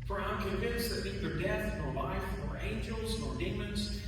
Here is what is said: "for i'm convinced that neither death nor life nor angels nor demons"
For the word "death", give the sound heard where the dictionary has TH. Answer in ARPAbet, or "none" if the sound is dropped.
TH